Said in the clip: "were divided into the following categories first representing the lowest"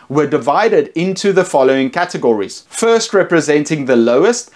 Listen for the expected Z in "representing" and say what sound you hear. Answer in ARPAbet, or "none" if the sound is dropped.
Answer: Z